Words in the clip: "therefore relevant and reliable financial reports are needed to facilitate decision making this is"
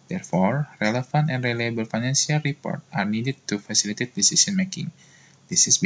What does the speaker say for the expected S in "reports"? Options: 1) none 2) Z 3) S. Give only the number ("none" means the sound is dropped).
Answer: 1